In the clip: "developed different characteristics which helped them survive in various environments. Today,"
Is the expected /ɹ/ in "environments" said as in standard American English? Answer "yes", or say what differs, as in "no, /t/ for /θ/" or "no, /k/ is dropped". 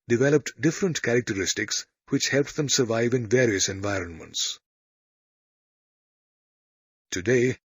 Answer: yes